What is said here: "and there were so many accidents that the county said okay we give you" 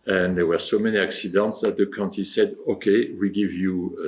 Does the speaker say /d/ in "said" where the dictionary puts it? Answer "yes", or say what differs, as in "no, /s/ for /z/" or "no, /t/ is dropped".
yes